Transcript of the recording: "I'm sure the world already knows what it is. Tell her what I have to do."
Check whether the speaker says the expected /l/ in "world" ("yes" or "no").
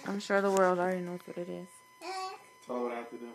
yes